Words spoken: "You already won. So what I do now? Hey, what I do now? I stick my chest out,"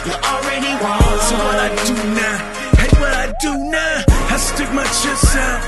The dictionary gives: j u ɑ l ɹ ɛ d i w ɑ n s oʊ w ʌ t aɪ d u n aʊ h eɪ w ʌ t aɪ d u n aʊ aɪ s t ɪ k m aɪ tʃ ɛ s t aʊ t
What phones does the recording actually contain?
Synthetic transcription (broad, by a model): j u ɑ l ɹ ɛ d i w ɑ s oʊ w ʌ t aɪ d u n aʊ h eɪ w ʌ t aɪ d u n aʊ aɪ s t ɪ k m aɪ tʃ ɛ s aʊ